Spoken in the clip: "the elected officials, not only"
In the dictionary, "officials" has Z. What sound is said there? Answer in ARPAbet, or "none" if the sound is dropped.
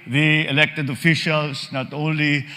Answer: S